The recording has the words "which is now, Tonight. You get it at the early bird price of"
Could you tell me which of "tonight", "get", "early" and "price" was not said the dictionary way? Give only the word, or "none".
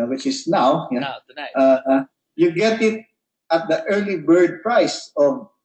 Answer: tonight